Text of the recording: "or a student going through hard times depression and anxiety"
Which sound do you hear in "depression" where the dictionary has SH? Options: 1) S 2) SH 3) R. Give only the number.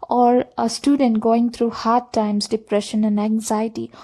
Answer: 2